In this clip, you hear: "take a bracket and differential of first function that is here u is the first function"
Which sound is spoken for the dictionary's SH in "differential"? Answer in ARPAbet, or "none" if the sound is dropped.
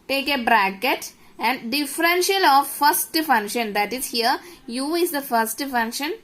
SH